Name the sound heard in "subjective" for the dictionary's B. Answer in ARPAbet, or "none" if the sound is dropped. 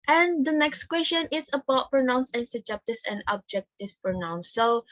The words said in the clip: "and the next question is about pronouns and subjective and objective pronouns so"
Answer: none